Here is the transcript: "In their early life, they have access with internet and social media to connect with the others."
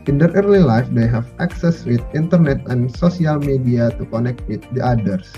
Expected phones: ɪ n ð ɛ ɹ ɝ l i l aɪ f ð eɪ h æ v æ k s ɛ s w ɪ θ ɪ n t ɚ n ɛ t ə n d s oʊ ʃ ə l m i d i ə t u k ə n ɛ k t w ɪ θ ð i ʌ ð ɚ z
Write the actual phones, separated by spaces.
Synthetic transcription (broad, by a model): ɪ n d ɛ ɹ ɝ l i l aɪ f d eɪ h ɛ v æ k s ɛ s w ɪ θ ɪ n t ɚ n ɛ t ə n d s oʊ s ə l m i d i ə t u k ə n ɛ k t w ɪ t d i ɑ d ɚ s